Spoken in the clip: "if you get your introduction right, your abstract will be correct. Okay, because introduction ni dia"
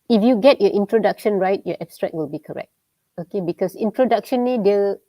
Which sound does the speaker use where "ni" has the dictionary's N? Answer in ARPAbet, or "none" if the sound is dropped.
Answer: L